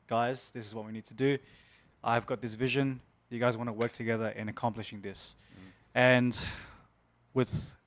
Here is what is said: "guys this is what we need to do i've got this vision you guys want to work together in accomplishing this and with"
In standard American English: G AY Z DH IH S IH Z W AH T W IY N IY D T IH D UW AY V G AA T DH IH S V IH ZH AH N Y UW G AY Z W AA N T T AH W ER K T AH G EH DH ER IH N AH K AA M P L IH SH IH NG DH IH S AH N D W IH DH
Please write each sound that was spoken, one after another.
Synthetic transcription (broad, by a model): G AY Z DH IH S IH Z W AH T W IY N IY D T IH D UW AY V G AA T DH IH S V IH ZH AH N Y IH G AY Z W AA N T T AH W ER K T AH G EH DH ER IH N AH K AA M P L IH SH IH NG DH IH S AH N W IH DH